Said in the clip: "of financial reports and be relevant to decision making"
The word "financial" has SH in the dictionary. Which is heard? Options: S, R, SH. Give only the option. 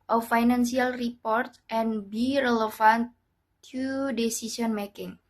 S